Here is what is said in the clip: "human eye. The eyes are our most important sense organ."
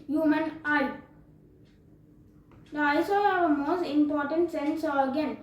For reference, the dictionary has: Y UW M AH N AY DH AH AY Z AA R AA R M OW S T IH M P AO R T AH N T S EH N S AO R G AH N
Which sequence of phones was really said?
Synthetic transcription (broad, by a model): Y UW M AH N AY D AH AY S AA L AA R M OW S T IH M P AO R T AH N T S EH N S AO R G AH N